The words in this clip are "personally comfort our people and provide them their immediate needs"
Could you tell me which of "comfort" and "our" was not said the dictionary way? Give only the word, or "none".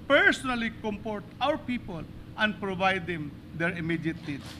comfort